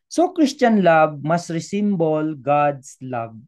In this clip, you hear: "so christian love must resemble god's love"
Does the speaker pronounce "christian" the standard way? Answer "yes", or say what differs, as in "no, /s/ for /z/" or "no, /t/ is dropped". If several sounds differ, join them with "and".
no, /ʃ/ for /s/